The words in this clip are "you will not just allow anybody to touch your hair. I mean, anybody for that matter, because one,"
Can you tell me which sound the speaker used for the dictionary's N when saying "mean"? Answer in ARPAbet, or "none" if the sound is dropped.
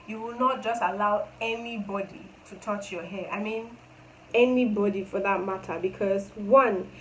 N